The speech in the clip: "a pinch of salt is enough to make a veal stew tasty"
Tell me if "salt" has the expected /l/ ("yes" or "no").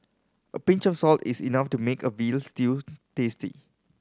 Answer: yes